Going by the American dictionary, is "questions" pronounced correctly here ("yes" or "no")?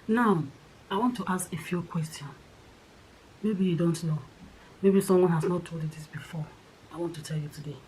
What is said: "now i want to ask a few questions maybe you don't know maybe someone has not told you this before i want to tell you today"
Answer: no